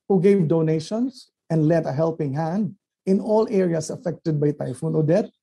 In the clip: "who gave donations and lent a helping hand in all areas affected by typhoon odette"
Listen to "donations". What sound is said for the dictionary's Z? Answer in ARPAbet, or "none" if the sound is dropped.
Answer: S